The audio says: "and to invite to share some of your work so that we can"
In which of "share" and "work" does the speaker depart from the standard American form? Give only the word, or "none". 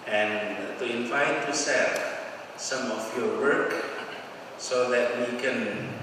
share